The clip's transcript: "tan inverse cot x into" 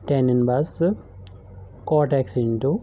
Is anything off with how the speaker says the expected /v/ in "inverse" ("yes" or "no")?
yes